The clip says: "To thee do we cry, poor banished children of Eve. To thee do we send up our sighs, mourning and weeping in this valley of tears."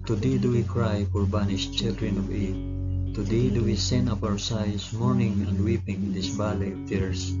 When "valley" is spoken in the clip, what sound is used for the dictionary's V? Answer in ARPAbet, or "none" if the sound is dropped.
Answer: B